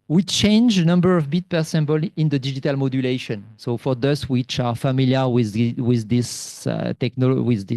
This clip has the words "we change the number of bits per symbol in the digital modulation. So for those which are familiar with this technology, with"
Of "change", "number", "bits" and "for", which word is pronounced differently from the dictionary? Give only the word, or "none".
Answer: bits